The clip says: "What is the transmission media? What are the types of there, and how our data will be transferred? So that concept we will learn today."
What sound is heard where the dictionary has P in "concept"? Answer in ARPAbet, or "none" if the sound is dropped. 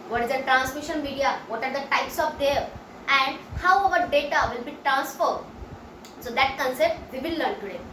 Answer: P